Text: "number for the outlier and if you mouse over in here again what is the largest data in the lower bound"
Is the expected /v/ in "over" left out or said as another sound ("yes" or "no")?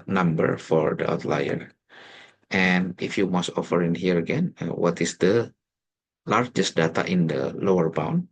yes